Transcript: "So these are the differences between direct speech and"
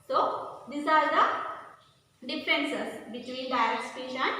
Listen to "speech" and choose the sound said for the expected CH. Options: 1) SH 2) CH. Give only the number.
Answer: 1